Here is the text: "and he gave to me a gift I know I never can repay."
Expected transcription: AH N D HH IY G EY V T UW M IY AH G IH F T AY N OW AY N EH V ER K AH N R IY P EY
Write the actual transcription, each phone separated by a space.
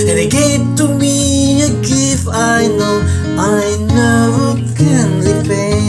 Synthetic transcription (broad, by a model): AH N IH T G EY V T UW M IY AH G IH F AY N OW AY N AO K AH N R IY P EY